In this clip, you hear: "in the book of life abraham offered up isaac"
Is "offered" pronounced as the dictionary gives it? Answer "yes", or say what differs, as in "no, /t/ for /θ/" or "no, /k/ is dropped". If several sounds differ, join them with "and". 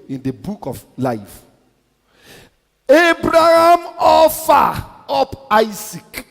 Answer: no, /d/ is dropped